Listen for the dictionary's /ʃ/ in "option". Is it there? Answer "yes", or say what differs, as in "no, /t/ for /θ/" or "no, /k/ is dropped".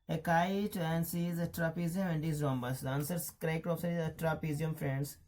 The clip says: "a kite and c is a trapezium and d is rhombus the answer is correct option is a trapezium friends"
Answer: no, /s/ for /ʃ/